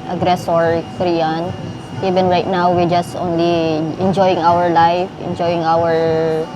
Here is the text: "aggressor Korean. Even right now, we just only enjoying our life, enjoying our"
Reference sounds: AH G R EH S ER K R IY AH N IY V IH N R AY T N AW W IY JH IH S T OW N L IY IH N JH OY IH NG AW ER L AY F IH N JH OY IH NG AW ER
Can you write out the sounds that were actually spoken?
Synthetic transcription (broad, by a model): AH G R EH S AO K R IY AH N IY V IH N R AY T N AW W IY JH IH S T OW N L IY IH N JH OY IH NG AW ER L AY F IH N JH OY IH NG AW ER